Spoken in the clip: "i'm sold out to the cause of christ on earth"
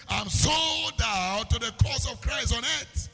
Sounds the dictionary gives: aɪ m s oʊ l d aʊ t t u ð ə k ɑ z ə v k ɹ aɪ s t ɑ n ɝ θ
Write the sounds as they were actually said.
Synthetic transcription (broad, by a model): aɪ m s oʊ d aʊ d t u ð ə k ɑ s ə v k ɹ aɪ s t ɑ n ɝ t